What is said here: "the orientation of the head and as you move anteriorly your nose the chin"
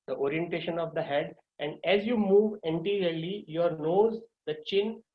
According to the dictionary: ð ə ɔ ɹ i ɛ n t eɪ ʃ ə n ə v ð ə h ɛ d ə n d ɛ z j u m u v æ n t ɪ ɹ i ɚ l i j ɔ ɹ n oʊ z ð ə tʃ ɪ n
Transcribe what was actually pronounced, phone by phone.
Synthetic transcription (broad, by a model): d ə ɔ ɹ i ɛ n t eɪ ʃ ə n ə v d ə h ɛ d ə n d ɛ z j u m u v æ n t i ɹ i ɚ l i j ɔ ɹ n oʊ z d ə tʃ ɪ n